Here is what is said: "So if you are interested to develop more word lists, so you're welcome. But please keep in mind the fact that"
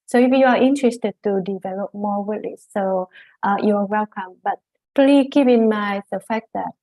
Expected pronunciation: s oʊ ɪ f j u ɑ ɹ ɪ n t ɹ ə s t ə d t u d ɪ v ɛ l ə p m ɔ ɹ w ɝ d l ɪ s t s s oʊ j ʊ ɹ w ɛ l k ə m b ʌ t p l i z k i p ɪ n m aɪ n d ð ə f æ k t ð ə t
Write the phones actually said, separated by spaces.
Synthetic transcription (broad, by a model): s oʊ ɪ f j u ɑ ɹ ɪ n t ɹ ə s t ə d t u d ɪ v ɛ l ə p m ɔ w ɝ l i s t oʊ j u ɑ w ɛ l k ə m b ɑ t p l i k i p ɪ n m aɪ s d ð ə f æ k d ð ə t